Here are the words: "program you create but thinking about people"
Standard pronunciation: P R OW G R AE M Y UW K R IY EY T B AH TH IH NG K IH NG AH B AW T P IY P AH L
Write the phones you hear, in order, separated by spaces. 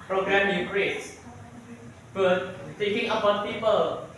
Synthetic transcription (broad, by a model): P R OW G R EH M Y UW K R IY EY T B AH T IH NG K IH NG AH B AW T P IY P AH L